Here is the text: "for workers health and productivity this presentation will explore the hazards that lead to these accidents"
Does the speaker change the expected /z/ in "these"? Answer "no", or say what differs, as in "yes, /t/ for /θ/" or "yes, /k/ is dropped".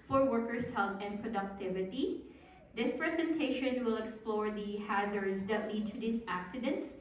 yes, /s/ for /z/